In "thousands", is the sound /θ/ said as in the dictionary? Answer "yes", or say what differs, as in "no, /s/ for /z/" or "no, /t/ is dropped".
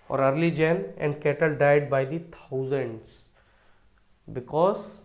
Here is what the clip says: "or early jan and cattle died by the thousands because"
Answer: no, /t/ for /θ/